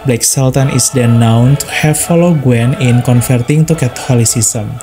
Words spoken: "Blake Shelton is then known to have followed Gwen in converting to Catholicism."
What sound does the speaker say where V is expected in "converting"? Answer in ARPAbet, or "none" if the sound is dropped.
F